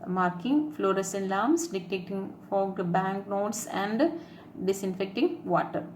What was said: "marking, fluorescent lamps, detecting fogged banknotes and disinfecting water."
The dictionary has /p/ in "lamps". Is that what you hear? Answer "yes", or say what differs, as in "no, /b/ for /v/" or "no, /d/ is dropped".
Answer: no, /p/ is dropped